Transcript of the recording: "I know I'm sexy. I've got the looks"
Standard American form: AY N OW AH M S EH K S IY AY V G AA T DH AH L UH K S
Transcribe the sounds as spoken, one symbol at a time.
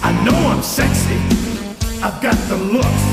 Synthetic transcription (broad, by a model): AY N OW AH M S EH K S IY AY V G AA T DH AH L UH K